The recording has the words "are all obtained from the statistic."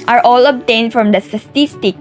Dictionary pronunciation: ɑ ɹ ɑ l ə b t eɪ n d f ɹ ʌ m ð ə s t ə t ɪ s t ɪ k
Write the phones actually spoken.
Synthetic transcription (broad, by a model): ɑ ɹ ɑ l ə b t eɪ n d f ɹ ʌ m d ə s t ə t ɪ s t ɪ k